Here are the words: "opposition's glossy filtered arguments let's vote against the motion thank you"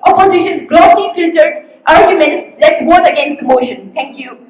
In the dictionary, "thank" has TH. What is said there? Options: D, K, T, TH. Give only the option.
T